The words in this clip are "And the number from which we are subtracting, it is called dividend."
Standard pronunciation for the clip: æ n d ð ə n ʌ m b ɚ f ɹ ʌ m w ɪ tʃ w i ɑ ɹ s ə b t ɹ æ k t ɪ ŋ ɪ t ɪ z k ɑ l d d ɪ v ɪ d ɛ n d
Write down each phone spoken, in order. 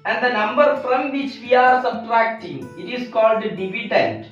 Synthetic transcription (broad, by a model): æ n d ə n ʌ m b ɚ f ɹ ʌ m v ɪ tʃ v i ɑ ɹ s ə b t ɹ æ k t ɪ ŋ ɪ t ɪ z k ɑ l d d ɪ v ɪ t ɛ n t